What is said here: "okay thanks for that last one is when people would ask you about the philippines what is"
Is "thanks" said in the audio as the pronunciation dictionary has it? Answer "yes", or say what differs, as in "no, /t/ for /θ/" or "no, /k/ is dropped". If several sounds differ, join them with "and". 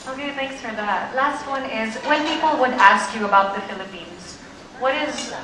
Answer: yes